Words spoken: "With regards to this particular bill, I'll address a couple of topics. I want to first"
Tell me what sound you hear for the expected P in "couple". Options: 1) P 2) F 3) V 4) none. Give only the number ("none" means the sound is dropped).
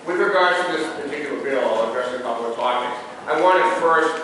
4